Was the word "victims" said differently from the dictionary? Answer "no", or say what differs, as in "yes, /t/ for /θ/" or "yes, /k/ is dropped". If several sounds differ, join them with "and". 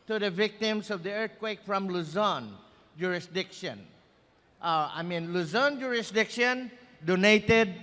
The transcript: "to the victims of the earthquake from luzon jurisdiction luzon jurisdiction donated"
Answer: yes, /s/ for /z/